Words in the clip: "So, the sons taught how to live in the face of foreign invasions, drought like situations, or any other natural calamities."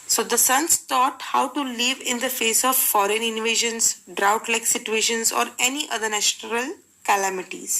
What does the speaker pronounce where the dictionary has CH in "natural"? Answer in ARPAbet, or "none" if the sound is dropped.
SH